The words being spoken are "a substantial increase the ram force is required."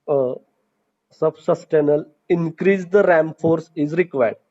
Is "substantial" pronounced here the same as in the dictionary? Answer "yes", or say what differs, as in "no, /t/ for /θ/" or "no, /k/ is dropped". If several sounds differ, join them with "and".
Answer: no, /ʃ/ is dropped